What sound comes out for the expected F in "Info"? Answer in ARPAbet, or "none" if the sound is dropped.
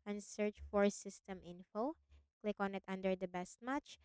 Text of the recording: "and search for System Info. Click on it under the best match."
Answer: F